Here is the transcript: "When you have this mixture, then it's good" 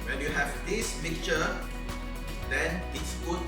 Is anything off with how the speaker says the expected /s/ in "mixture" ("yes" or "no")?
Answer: yes